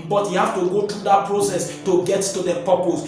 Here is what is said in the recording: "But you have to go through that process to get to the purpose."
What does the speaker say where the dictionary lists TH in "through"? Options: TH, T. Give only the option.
T